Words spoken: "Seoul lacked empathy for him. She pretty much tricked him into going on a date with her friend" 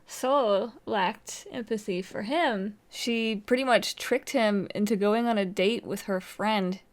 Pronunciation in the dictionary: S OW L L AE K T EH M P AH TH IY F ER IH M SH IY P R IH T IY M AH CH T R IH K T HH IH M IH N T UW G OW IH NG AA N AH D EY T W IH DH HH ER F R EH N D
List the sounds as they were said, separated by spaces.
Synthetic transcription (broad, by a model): S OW L L AE K T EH M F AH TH IY F ER IH M SH IY P R IH T IY M AH CH T R IH K T HH IH M IH N T UW G OW IH NG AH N AH D EY T W IH DH ER F R EH N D